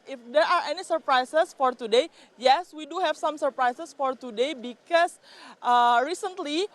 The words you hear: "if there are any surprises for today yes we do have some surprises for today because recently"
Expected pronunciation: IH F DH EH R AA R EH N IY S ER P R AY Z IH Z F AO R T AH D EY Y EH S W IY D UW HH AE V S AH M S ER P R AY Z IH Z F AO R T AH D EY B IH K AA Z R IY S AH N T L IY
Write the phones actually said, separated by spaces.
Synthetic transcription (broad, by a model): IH F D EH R AA R EH N IY S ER P R AY S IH S F AO R T AH D EY Y EH S W IY D UW HH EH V S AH M S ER P R AY S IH S F AO R T AH D EY B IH K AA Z R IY S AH N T L IY